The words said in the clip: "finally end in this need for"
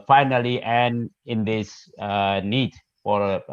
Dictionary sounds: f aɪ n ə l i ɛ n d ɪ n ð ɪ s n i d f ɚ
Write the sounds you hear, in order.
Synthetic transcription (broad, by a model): f aɪ n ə l i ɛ n ɪ n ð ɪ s n i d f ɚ